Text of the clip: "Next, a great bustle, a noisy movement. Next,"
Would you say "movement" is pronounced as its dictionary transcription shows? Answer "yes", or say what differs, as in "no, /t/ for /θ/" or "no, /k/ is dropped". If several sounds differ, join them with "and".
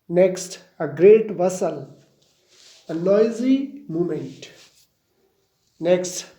no, /v/ is dropped